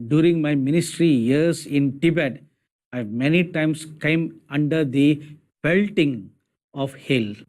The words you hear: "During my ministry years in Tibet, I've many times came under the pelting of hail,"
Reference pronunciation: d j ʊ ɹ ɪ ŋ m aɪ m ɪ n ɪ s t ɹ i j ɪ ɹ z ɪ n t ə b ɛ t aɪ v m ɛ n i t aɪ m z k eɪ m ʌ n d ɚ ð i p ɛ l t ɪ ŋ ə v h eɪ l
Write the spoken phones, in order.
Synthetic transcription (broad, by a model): d j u ɹ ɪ ŋ m aɪ m ɪ n ɪ s t ɹ i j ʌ ɹ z ɪ n t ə b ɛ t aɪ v m ɛ n i t aɪ m s k eɪ m ʌ n d ɚ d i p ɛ l t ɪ ŋ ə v h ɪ l